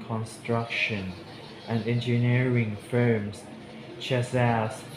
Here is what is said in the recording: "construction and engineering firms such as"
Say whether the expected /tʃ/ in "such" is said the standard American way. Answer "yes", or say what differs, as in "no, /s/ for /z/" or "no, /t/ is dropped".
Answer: no, /s/ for /tʃ/